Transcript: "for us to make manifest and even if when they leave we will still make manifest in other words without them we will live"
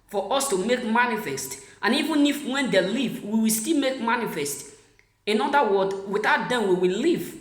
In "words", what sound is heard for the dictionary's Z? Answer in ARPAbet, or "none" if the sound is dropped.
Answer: none